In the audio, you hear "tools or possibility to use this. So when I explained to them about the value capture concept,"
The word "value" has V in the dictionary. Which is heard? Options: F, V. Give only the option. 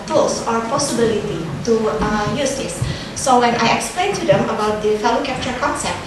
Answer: F